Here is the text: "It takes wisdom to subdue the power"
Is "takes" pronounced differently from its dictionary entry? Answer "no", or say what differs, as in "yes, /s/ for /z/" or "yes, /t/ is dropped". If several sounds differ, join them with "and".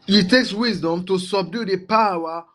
no